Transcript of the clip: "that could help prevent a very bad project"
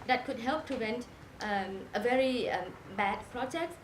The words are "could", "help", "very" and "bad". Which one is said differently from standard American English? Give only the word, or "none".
none